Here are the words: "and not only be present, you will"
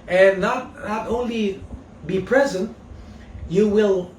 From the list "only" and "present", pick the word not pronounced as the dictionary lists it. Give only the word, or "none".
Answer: none